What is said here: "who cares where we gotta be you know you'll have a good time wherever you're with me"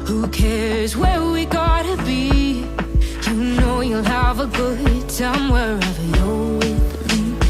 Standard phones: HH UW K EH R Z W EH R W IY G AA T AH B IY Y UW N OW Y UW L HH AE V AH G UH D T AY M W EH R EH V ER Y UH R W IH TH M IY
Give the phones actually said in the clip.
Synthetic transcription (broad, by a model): HH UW K EH R Z W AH R W IY G AA T AH B IY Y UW N OW Y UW L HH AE V AH G UH D S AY M W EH R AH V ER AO L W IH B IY